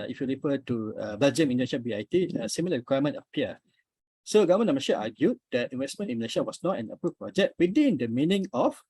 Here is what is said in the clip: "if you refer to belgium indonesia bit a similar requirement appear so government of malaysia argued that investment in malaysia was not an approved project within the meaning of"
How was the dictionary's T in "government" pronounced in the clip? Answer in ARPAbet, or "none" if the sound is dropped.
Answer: none